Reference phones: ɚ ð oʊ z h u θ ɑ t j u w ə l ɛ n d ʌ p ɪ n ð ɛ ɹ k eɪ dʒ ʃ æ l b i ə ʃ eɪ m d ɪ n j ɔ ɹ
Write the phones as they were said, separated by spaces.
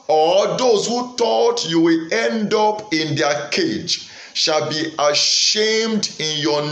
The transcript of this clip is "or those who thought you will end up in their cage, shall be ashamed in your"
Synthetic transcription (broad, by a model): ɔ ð oʊ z h u t ɑ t j u w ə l ɛ n d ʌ p ɪ n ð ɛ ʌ k eɪ dʒ ʃ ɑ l b i ə ʃ eɪ m d ɪ n j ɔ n